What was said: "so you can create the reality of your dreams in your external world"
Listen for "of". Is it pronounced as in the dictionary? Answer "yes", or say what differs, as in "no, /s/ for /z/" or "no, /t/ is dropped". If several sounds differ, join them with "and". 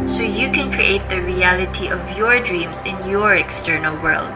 yes